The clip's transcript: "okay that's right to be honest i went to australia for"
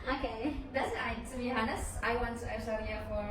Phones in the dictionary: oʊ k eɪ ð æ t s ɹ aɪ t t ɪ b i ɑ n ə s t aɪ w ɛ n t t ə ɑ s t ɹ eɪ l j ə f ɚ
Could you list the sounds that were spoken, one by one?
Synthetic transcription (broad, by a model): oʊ k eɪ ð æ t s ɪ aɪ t t ɪ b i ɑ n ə s aɪ w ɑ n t t ə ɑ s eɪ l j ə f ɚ